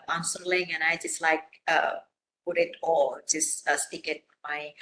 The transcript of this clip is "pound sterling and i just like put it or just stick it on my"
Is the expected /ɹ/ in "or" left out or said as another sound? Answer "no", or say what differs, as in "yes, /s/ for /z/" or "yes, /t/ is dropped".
yes, /l/ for /ɹ/